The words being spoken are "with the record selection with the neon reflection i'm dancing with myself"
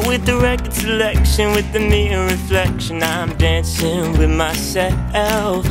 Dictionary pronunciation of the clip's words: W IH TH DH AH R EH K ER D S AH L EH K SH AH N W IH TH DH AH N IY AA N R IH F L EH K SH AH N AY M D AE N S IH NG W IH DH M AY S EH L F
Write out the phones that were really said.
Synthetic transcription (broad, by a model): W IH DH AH R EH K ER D S AH L EH K SH AH N W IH DH AH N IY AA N R IH F L EH K SH AH N AY M D AE N S IH NG W IH DH M AY S EH L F